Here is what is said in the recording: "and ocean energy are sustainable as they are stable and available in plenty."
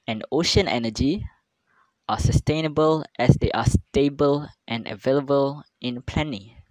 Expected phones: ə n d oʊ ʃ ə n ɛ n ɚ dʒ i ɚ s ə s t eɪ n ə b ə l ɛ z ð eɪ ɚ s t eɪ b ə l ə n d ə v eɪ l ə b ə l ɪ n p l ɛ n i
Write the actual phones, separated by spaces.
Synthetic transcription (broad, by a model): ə n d oʊ ʃ ə n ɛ n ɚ dʒ i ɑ s ə s t eɪ n ə b ə l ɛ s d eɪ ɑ s t eɪ b ə l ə n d ə v eɪ l ə b ə l ɪ n p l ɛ n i